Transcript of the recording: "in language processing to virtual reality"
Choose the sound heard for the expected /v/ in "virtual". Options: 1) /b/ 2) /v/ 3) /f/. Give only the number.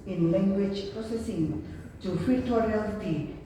3